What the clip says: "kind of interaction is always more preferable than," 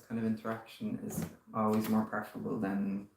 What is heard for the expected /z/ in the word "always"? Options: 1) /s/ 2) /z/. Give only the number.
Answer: 2